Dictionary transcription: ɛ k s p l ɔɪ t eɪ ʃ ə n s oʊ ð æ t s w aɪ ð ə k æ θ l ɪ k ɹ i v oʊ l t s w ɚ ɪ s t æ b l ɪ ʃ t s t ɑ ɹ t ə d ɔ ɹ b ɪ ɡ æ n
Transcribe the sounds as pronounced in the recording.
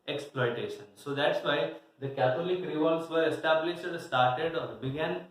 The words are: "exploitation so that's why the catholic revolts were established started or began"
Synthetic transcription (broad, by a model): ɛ k s p l ɔɪ t eɪ ʃ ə n s oʊ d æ t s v aɪ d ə k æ t l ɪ k ɹ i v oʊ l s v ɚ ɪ s t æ b l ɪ ʃ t s t ɑ ɹ t ə d ɔ ɹ b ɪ ɡ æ n